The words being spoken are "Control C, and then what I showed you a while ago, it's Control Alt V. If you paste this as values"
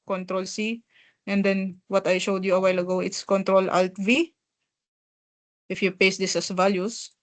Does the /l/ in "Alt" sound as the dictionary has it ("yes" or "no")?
yes